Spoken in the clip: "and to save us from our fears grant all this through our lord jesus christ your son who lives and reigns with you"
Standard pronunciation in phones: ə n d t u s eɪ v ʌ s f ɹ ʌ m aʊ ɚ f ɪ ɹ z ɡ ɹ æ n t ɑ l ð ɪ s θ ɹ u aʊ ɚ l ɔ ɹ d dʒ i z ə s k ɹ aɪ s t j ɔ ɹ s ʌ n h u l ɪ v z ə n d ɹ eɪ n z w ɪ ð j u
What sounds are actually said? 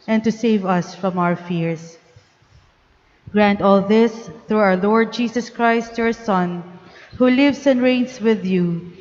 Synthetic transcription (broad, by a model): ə n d t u s eɪ v ʌ s f ɹ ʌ m aʊ ɚ f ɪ ɹ s ɡ ɹ æ n t ɑ l ð ɪ s θ ɹ u aʊ ɚ l ɔ ɹ d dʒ i s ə s k ɹ aɪ s t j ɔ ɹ s ʌ n h u l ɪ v s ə n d ɹ eɪ n s w ɪ ð j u